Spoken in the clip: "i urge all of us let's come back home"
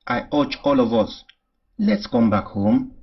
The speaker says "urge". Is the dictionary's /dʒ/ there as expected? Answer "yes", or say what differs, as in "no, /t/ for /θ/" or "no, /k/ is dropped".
no, /tʃ/ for /dʒ/